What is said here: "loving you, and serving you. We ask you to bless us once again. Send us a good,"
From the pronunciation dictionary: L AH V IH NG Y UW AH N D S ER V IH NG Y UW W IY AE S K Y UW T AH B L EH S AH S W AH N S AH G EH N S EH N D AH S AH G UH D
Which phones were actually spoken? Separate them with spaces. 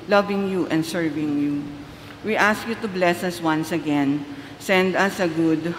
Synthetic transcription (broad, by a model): L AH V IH NG Y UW AH N D S ER V IH NG Y UW W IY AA S K Y UW T AH B L EH S AH S W AH N S AH G EH N S EH N D AH S AH G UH D